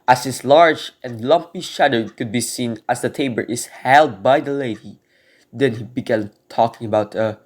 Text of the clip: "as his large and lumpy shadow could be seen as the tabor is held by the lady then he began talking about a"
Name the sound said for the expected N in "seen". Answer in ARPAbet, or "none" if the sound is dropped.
N